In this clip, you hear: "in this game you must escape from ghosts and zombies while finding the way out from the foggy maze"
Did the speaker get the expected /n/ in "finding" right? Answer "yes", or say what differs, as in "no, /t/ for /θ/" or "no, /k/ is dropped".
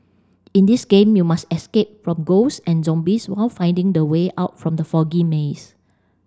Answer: yes